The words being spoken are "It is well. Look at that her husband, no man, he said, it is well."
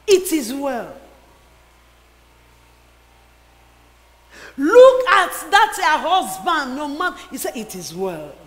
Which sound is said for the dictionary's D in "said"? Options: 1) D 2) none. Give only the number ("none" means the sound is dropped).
2